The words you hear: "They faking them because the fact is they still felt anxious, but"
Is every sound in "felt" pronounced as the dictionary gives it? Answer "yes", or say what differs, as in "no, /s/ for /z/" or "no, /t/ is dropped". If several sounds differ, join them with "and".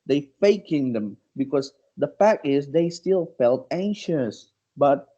yes